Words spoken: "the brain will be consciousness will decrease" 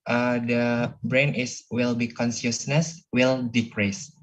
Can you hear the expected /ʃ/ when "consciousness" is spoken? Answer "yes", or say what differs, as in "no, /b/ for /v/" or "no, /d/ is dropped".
no, /s/ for /ʃ/